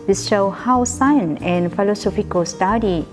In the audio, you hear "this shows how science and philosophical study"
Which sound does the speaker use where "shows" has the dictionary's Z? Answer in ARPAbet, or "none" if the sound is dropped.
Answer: none